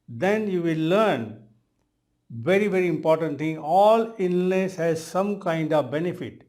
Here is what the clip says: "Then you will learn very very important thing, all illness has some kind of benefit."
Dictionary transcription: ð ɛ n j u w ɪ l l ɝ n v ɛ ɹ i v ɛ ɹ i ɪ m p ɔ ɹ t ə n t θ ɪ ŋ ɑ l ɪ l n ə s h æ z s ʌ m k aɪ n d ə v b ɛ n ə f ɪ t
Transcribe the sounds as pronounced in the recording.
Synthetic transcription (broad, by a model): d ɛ n j u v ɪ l l ɝ n v ɛ ɹ i v ɛ ɹ i ɪ m p ɔ ɹ t ə n t t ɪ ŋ ɑ l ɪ n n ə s h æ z s ʌ m k aɪ n d ə v b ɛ n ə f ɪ t